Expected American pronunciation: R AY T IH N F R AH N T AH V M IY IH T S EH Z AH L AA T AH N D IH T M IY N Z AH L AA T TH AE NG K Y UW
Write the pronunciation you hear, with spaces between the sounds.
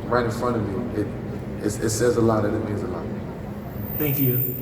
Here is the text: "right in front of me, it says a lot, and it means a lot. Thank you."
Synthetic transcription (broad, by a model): R AY T IH N F R AH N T AH V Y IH IH T S EH Z AH L AA T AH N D IH T M IY N Z AH L AA T TH AE NG K Y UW